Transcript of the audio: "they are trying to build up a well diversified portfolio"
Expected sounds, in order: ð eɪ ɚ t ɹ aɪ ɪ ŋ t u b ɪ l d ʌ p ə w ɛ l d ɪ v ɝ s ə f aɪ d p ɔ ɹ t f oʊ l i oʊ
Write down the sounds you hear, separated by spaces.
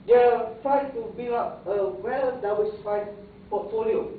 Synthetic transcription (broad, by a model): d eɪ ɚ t ɹ aɪ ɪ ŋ t u b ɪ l ɑ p ə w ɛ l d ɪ w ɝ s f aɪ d p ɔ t f oʊ l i oʊ